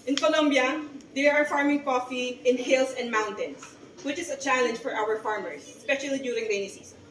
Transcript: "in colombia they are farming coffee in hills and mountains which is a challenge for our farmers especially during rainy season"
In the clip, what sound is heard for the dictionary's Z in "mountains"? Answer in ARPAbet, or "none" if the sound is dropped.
S